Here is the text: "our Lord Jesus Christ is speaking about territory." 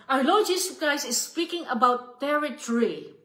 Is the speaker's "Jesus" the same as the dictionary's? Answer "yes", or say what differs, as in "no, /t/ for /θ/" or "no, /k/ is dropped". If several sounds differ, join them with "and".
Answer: no, /s/ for /z/